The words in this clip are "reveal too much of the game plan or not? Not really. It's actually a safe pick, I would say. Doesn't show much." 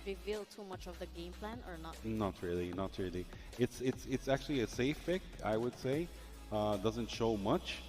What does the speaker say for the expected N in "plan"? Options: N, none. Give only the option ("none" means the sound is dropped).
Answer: N